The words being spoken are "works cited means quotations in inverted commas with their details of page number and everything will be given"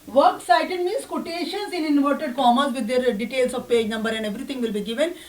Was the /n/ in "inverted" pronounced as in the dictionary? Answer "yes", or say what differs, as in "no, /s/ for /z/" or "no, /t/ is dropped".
yes